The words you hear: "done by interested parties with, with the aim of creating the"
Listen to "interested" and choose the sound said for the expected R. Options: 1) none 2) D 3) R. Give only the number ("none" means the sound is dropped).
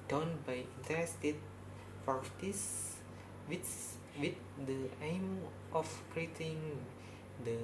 1